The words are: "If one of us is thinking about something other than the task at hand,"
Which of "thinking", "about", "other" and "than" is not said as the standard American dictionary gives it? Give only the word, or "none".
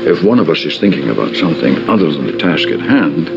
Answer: none